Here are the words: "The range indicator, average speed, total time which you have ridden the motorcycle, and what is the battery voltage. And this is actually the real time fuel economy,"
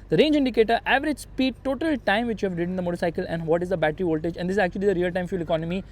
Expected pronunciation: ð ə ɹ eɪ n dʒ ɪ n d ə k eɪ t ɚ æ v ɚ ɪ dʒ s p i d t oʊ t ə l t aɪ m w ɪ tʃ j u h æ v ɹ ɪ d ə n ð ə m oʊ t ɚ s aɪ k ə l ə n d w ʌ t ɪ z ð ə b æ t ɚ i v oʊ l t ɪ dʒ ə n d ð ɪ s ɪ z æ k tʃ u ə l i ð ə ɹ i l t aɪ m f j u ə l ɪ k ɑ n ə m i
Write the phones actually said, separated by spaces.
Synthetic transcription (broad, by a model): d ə ɹ eɪ n dʒ ɪ n d ə k eɪ t ɚ æ v ɚ ɪ dʒ s p i d t oʊ t ə l t aɪ m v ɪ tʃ j u h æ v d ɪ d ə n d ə m oʊ t ɚ s aɪ k ə l ə n d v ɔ t ɪ z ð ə b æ t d i v oʊ l t ɪ dʒ ə n d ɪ s ɪ z æ k tʃ u ə l i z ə ɹ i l t aɪ m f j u l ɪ k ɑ n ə m i